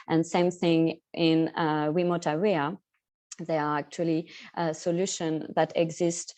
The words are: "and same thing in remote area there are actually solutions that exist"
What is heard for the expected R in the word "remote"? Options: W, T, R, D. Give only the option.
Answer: W